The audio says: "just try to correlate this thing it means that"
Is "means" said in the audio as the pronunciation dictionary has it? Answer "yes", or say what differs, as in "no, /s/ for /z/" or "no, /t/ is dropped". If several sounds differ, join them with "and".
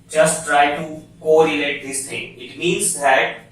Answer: yes